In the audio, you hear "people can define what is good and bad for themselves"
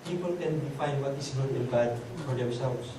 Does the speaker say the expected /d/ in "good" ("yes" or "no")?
no